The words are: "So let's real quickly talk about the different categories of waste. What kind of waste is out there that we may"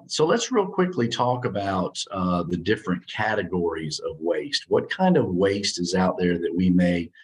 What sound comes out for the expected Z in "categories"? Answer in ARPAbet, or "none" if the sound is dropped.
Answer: Z